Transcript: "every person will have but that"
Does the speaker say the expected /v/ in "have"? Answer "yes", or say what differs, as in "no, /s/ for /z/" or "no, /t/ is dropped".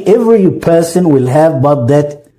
yes